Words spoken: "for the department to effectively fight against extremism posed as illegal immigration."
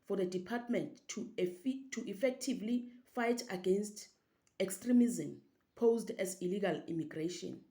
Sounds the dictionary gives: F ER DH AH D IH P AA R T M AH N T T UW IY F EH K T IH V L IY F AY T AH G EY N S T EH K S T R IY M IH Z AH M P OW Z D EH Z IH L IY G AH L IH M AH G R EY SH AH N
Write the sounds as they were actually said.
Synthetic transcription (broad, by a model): F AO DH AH D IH P AA T M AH N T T UW IY F EH K T IH V L IY F AY T AH G EY N S T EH K S T R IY M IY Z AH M P OW Z D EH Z IH L IY G AH L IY M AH G R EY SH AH N